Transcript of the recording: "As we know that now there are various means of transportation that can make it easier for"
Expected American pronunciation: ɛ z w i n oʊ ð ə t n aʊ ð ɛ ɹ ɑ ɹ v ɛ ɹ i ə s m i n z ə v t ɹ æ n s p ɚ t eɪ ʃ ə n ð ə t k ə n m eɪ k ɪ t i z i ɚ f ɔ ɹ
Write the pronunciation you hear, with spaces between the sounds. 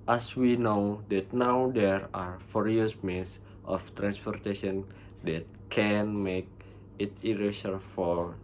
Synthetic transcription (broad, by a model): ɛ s w i n oʊ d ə t n aʊ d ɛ ɹ ɑ ɹ f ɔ ɹ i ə s m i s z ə f t ɹ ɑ n s p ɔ t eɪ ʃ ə n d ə t k ə n m eɪ k ɪ t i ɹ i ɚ f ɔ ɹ